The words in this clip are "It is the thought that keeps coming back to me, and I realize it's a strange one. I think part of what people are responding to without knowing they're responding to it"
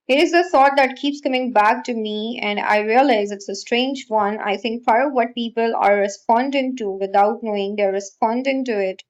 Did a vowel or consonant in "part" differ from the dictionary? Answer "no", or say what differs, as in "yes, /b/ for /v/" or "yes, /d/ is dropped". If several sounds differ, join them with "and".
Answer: yes, /f/ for /p/